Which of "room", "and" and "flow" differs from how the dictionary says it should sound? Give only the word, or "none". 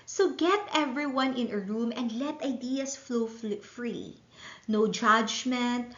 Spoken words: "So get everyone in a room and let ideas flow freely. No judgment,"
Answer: none